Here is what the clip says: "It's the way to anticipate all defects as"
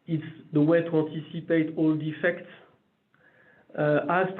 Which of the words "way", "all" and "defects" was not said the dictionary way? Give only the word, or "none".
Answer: none